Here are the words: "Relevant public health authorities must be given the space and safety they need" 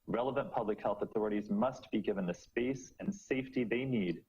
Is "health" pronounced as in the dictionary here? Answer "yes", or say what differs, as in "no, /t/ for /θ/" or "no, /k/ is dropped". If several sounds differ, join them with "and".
yes